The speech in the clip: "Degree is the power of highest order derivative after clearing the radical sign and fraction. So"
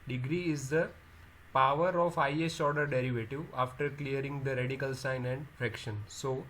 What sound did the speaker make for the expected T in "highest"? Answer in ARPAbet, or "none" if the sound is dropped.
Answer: none